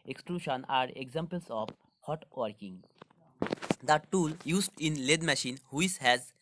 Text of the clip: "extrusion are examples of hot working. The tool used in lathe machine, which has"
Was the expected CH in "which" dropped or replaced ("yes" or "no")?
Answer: yes